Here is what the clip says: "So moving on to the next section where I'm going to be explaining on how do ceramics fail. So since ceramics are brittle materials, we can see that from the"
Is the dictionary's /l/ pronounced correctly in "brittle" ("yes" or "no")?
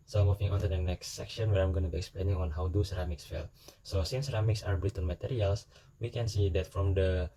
no